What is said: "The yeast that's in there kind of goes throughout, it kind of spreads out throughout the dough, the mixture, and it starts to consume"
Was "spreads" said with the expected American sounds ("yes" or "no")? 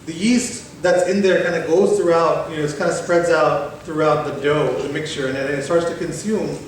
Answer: yes